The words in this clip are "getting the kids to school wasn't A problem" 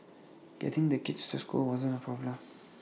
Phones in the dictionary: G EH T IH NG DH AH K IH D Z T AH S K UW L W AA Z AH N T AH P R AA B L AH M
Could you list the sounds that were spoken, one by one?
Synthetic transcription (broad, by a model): G EH T IH NG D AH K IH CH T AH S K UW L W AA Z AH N AH P R AA B L AH M